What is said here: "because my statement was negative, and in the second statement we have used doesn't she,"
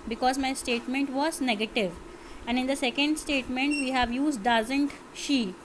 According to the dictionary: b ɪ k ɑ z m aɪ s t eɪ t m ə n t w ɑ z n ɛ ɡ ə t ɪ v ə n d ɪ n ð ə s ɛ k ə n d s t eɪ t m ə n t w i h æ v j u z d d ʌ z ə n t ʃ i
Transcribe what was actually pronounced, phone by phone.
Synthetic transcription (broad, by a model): b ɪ k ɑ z m aɪ s t eɪ t m ə n t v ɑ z n ɛ ɡ ə t ɪ v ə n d ɪ n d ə s ɛ k ə n d s t eɪ t m ə n t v i h æ v j u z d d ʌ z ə n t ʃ i